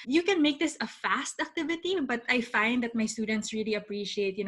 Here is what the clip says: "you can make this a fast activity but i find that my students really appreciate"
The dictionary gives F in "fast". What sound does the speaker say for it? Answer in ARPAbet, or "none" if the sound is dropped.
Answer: F